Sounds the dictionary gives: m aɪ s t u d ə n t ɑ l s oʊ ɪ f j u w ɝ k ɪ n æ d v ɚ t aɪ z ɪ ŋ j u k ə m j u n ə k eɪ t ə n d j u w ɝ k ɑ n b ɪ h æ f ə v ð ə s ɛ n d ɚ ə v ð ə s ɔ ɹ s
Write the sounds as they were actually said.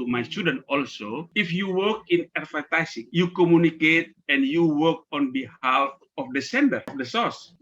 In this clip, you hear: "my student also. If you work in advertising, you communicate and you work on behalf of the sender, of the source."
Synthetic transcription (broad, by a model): m aɪ s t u d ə n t ɑ l s oʊ ɪ f j u w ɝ k ɪ n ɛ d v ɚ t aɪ s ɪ ŋ j u k ə m j u n ə k eɪ t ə n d j u w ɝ k ɑ n b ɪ h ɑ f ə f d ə s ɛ n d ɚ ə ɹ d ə s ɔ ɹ s